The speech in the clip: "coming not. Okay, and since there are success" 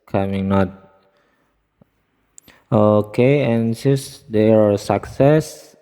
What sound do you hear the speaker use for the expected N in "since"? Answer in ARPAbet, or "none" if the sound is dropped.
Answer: none